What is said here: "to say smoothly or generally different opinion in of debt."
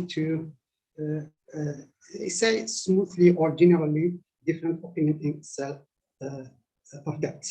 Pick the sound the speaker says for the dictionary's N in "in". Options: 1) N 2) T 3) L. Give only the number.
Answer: 3